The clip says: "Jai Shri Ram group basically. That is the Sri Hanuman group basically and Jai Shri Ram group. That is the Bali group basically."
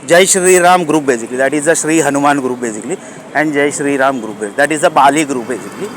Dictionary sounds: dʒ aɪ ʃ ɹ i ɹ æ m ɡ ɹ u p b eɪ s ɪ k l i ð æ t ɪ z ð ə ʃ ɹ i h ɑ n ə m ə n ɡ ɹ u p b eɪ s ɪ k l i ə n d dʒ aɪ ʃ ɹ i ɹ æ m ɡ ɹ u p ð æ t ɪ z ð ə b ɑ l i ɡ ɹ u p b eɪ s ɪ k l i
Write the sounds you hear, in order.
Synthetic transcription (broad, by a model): dʒ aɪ ʃ ɹ i ɹ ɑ m ɡ ɹ u p b eɪ s ɪ k l i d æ t ɪ z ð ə ʃ ɹ i h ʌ n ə m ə n ɡ ɹ u p b eɪ s ɪ k l i ə n d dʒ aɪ ʃ ɹ i ɹ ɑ m ɡ ɹ u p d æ t ɪ z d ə b ɑ l i ɡ ɹ u p b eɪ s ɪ k l i